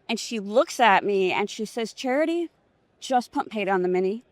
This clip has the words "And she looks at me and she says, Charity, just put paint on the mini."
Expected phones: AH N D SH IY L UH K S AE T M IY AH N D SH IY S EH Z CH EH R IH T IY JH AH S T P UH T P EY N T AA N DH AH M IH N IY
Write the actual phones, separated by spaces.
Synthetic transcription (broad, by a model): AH N SH IY L UH K S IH T M IY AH N SH IY S EH Z CH EH R IH T IY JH AH S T P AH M P EY T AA N DH AH M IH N IY